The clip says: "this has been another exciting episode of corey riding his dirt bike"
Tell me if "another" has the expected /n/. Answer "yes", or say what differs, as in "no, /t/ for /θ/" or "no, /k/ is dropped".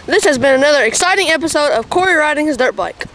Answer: yes